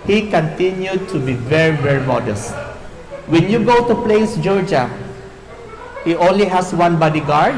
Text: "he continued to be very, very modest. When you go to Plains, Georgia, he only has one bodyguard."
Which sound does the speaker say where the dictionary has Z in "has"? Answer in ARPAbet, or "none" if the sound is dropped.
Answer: S